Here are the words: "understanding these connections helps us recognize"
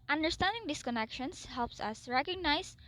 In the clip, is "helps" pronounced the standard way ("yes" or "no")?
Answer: yes